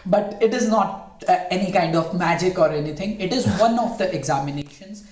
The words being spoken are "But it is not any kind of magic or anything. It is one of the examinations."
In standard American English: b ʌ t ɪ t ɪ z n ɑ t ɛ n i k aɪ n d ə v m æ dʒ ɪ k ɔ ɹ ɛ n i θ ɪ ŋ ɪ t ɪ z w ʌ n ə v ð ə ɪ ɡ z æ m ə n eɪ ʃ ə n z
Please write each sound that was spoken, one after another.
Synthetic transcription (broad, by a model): b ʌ t ɪ t ɪ z n ɑ t ɛ n i k aɪ n d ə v m æ dʒ ɪ k ɔ ɹ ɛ n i t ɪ ŋ ɪ t ɪ z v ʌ n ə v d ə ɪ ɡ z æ m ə n eɪ ʃ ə n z